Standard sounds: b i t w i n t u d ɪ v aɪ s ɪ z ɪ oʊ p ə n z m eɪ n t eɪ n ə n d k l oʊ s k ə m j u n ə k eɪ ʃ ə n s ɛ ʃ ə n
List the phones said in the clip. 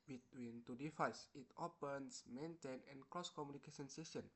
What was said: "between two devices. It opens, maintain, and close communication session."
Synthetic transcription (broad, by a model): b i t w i n t u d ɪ f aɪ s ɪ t ɪ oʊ p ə n s m eɪ n t eɪ n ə n k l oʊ s k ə m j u n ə k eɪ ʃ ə n s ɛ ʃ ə n